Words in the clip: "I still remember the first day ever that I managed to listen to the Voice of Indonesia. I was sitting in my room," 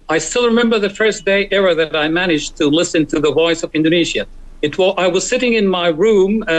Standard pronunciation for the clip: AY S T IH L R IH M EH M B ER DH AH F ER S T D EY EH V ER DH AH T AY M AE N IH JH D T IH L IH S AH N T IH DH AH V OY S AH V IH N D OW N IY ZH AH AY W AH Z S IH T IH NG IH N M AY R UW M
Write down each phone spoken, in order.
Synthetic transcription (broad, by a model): AY S T IH L R IH M EH M B ER DH AH F ER S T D EY EH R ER DH AH T AY M AE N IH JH T IH L IH S AH N T IH DH AH V OY S AH V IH N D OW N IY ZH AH AY W AH Z S IH T IH NG IH N M AY R UW M